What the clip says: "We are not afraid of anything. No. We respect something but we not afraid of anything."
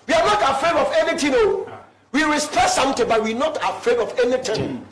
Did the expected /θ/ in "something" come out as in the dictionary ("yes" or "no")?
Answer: no